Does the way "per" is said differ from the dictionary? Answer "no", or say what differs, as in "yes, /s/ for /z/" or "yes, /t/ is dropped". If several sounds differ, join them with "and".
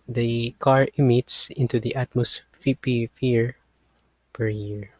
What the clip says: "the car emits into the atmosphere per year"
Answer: no